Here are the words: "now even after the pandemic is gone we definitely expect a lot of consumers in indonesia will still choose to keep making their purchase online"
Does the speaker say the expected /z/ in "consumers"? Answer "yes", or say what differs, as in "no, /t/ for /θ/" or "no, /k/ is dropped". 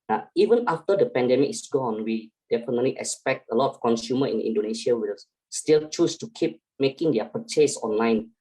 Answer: no, /z/ is dropped